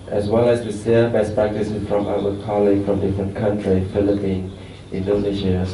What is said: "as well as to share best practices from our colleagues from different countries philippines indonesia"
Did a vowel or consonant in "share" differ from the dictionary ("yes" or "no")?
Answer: yes